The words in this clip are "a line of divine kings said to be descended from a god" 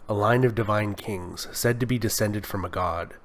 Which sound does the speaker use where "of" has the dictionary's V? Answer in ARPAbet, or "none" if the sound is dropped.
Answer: V